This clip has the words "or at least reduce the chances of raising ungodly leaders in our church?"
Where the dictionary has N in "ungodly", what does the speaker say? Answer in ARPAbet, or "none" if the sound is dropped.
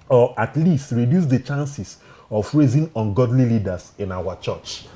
N